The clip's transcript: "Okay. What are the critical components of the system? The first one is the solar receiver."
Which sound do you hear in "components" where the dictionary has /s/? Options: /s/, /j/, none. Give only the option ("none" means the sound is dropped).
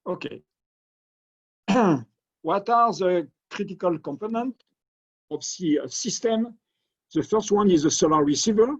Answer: none